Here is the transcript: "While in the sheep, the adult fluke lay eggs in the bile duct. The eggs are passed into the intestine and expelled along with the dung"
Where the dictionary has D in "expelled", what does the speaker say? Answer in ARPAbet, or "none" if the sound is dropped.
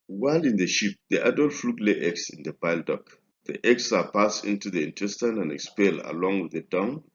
none